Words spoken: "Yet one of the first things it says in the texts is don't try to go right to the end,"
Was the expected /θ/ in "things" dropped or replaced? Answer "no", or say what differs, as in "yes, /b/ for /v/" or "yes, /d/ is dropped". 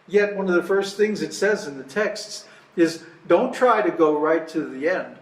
no